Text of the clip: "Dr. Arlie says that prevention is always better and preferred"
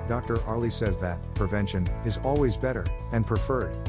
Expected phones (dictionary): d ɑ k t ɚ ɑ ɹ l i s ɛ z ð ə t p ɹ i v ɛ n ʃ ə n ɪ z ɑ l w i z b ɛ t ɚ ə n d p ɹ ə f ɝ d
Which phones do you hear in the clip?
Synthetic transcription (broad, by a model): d ɑ k t ɚ ɑ ɹ l i s ɛ z ð ə t p ɹ i v ɛ n ʃ ə n ɪ z ɑ l w i z b ɛ t ɚ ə n p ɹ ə f ɝ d